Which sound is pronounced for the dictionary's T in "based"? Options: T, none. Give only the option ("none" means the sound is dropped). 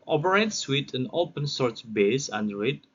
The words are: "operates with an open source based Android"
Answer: none